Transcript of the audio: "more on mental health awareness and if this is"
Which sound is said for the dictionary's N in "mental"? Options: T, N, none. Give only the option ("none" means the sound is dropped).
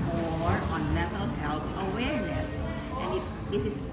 none